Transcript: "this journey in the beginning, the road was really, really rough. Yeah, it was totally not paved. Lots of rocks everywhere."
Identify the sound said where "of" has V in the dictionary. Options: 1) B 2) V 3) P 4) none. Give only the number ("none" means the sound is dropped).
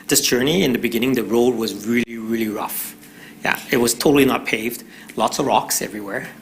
2